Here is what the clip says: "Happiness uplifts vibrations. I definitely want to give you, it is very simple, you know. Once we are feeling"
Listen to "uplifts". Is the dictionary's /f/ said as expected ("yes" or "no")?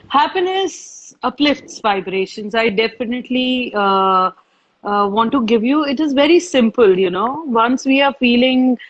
yes